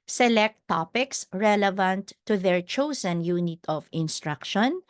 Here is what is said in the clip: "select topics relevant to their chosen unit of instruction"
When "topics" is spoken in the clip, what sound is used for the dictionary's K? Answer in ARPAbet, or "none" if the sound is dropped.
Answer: K